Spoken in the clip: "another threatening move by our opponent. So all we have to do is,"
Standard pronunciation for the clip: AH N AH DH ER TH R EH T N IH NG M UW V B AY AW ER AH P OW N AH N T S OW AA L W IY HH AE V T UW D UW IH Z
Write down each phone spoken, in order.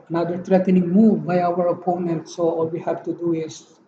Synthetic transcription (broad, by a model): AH N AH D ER T R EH T N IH NG M UW V B AY AW ER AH P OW N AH N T S OW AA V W IY HH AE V T UW D UW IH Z